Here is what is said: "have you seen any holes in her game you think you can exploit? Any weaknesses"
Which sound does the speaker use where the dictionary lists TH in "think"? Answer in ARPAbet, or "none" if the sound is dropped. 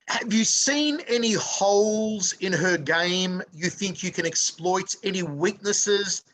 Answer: TH